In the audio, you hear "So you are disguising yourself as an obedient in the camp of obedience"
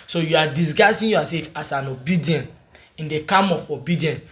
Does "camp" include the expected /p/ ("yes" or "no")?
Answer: no